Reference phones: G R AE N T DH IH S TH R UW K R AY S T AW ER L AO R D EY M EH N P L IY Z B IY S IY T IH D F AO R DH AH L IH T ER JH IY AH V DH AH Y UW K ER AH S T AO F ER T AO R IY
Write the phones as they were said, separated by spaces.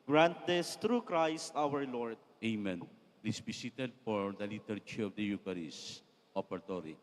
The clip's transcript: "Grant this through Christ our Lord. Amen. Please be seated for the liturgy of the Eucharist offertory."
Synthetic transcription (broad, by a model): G R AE N T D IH S T R UW K R AY S T AW ER L AO R D EY M EH N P L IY S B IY S IY T IH D F AO R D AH L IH T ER CH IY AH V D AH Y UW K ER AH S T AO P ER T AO R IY